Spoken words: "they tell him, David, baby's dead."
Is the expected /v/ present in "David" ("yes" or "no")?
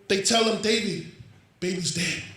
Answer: no